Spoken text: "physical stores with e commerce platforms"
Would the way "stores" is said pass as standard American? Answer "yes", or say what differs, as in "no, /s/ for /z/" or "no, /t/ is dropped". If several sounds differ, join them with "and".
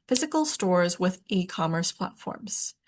yes